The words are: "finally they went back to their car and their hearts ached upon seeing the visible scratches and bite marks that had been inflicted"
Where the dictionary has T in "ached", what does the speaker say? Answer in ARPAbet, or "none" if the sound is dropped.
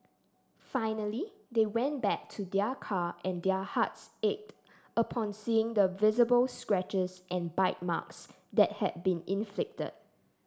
T